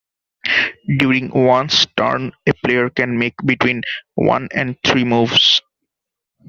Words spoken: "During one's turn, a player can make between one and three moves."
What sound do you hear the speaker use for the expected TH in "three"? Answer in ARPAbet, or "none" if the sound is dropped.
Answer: T